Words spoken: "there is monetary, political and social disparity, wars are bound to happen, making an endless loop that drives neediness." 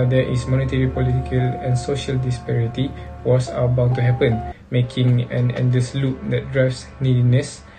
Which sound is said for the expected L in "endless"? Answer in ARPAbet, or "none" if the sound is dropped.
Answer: none